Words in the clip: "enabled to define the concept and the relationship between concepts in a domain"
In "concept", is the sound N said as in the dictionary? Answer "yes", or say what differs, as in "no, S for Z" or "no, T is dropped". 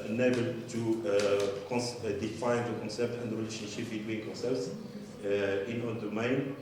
yes